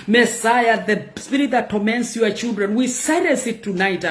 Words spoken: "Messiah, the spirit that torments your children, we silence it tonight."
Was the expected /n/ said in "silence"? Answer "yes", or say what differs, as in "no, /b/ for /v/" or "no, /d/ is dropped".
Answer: no, /n/ is dropped